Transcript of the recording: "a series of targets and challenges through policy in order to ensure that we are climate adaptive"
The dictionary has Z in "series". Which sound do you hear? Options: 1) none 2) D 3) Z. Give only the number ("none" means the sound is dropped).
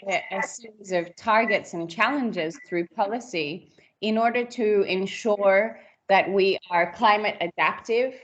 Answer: 3